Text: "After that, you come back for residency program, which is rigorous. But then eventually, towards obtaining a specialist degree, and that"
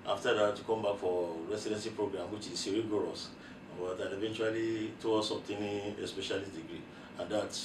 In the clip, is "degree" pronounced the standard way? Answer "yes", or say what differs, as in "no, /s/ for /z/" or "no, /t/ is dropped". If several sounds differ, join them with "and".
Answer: yes